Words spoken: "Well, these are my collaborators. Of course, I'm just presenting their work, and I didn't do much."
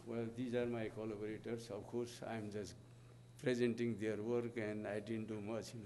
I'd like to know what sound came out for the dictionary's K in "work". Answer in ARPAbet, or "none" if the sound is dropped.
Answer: K